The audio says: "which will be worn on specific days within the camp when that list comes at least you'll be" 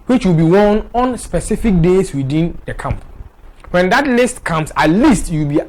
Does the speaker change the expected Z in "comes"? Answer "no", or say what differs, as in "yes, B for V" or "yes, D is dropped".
yes, S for Z